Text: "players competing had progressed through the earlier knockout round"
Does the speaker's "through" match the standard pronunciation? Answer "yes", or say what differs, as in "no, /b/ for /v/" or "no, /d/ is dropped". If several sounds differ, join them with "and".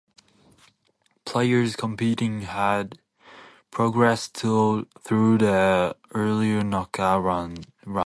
yes